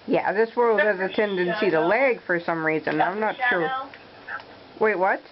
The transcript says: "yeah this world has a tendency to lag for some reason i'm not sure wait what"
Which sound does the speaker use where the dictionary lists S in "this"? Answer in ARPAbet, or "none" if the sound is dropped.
S